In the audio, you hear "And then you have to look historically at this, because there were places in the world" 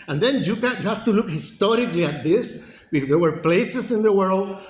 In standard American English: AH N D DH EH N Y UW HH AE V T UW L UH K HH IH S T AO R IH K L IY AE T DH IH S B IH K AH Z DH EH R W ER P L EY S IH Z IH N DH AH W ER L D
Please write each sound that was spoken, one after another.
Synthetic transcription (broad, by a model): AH N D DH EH N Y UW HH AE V T UW L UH K HH IH S T AO R IH K L IY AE T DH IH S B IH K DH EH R W ER P L EY S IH S IH N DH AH W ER L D